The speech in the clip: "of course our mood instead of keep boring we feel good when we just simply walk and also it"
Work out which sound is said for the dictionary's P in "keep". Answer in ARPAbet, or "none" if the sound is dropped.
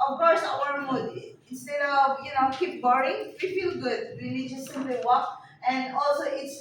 P